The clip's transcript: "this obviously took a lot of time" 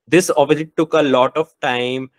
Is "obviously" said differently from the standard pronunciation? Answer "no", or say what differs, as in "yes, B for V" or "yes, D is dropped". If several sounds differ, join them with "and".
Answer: yes, B is dropped